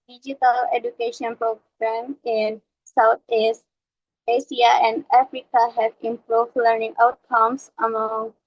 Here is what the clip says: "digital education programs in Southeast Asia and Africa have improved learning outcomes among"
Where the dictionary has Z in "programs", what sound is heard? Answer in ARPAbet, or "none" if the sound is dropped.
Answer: none